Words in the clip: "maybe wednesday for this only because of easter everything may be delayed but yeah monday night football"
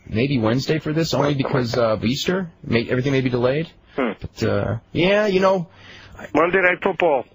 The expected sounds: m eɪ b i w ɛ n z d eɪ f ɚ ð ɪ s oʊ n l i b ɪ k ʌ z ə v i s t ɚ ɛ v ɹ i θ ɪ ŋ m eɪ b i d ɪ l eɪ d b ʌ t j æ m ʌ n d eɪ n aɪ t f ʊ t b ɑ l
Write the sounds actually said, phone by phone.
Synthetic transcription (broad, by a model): m eɪ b i w ɛ n z d eɪ f ɚ ð ɪ s oʊ n l i b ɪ k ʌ z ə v i s t ɚ ɛ v ɹ i θ ɪ ŋ m eɪ b i d ɪ l eɪ d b ʌ t j æ m ʌ n d eɪ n aɪ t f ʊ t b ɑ l